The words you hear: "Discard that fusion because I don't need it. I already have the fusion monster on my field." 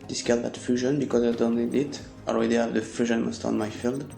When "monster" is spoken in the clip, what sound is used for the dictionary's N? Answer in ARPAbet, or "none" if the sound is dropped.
none